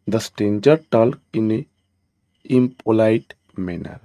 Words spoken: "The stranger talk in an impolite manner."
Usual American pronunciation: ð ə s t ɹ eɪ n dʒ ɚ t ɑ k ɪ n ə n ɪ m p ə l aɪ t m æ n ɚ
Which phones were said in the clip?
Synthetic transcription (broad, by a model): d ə s t eɪ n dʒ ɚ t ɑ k ɪ n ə ɪ m p ə l aɪ t m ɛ n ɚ